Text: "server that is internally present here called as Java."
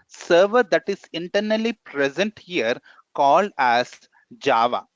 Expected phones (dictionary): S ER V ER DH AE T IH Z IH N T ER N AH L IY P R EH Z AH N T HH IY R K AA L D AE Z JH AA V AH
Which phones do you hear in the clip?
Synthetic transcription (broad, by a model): S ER V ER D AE T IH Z IH N T ER N AH L IY P R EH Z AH N T HH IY R K AA L D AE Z JH AA V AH